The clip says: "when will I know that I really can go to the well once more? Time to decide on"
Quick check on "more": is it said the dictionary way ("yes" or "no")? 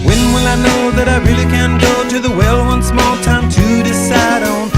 no